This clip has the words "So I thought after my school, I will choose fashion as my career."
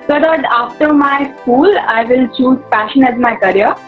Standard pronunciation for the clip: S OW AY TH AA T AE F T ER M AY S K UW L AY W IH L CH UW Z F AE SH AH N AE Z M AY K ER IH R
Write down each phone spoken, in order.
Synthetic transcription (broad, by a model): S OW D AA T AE F T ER M AY S K UW L AY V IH L CH UW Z P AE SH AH N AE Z M AY K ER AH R